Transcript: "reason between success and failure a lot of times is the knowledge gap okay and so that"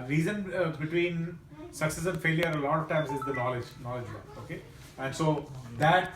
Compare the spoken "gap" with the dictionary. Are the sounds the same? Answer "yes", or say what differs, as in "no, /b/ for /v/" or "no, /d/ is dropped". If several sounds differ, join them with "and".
no, /f/ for /p/